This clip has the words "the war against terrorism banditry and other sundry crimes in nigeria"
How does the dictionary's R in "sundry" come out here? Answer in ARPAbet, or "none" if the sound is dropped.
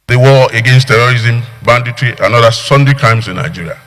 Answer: none